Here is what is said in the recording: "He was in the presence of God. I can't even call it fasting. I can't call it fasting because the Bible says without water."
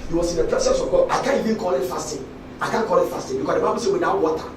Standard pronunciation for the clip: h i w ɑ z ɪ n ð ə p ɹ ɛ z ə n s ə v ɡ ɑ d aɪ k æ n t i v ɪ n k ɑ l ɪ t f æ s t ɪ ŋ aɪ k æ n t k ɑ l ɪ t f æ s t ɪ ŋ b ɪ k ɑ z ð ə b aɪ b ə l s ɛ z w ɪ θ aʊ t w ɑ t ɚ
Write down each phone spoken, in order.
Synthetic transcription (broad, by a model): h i w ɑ s ɪ n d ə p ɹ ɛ s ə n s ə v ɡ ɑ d aɪ k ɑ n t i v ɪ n k ɑ l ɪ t f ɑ s t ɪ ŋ aɪ k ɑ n k ɑ l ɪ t f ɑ s t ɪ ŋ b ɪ k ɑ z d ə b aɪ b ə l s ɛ w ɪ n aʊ w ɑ t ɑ